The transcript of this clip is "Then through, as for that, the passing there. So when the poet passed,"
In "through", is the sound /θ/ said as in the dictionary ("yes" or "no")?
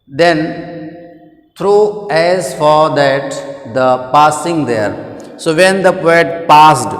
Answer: no